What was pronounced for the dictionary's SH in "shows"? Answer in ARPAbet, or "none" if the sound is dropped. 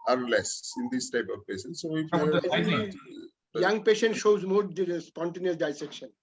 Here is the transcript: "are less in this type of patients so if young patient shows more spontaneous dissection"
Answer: SH